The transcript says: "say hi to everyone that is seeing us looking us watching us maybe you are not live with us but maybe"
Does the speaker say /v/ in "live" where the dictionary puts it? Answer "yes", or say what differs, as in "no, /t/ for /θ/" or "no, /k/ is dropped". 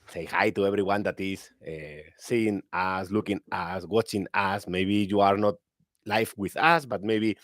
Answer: no, /f/ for /v/